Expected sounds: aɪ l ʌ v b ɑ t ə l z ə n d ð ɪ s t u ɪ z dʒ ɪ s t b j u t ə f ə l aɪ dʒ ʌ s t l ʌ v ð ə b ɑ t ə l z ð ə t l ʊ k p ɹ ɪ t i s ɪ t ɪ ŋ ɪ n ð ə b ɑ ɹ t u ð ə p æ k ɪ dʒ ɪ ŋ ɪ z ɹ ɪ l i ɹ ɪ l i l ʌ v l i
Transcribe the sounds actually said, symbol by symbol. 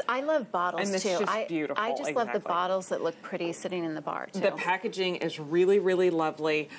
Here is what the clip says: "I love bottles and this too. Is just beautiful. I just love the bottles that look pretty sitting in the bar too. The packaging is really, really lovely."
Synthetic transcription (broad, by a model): aɪ l ʌ v b ɑ t l ə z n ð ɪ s t u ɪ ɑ ɪ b j u t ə f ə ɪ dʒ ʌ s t l ʌ v ð ə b ɑ t l z ð ə t l ʊ k p ɹ ɪ t i s ɪ t ɪ ŋ ɪ n ð ə b ɑ ɹ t ð ə p æ k ɪ dʒ ɪ ŋ ɪ z ɹ ɪ l i ɹ ɪ l i l ʌ v l i